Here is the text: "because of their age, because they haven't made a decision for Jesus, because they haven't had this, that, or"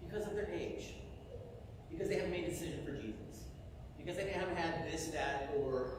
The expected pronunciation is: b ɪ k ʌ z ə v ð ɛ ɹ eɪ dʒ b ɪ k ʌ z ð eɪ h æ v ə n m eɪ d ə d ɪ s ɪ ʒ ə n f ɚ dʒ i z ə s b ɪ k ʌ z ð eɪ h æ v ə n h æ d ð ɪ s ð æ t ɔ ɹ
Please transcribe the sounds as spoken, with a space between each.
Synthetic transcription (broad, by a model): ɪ k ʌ z ə v ð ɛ ɹ eɪ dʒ b ɪ k ʌ z ð eɪ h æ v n m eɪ ə d ɪ s ɪ ʒ ə n f ɚ dʒ i z ə s b ɪ k ʌ z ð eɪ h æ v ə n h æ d ð ɪ s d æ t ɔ ɹ